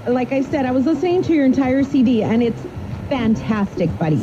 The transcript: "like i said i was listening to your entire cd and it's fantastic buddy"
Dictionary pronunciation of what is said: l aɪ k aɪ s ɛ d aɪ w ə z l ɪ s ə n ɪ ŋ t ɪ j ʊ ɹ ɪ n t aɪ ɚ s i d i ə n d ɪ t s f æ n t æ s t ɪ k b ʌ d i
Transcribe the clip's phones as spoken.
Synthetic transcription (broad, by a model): l aɪ k aɪ s ɛ d aɪ w ə z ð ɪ s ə ɪ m t ɪ j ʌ ɹ ɪ n t aɪ ɚ s i d i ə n ɪ t s f æ n t æ s t ɪ k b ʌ d i